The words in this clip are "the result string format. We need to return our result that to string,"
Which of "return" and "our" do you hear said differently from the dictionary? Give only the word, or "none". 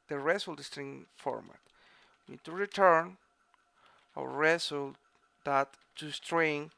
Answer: our